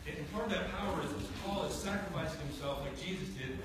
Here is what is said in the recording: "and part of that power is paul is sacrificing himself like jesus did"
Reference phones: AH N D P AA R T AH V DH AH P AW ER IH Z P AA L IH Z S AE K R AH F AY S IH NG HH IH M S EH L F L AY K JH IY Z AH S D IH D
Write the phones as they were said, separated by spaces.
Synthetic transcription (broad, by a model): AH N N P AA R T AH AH P AW ER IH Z P AA L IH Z S AE K R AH F AY S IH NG HH IH M S EH L F L AY K JH IY Z AH S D IH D